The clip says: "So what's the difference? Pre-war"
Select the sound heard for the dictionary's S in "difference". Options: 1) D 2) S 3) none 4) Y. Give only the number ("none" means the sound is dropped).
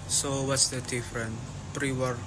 3